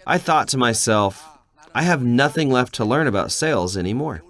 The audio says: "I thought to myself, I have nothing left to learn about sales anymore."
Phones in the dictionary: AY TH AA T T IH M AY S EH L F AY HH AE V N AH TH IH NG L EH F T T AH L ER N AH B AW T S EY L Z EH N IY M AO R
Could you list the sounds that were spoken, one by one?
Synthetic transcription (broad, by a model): AY TH AA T T IH M AY S EH L F AY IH V N AH TH IH NG L EH F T T AH L ER N AH B AW T S EY L Z EH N IY M AO R